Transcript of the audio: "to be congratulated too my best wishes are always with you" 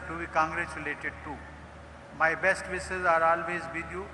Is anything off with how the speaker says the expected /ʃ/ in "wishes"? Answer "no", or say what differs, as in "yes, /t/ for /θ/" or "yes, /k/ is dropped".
yes, /s/ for /ʃ/